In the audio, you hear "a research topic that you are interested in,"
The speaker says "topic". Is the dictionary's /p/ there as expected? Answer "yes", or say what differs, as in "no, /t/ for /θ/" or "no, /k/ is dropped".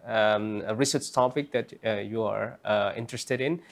yes